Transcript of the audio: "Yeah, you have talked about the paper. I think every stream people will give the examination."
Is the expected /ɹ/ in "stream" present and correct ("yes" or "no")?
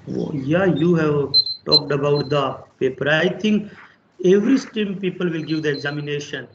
no